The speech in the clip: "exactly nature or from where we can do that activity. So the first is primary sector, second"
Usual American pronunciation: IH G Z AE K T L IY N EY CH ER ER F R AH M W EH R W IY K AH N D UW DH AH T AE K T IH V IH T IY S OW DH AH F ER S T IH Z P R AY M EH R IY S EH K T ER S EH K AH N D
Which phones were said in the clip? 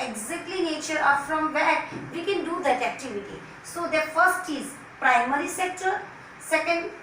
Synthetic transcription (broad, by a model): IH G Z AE K T L IY N EY CH ER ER F R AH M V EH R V IY K AH N D UW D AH T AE K T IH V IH T IY S OW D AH F ER S T IH Z P R AY M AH R IY S EH K T ER S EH K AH N D